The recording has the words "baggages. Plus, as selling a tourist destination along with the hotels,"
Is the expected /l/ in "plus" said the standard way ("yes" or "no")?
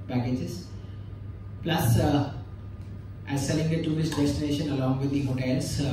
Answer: yes